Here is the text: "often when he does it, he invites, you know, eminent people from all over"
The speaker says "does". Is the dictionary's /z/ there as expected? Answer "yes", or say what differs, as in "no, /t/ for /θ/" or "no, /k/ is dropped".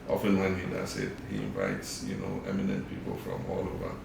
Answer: no, /s/ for /z/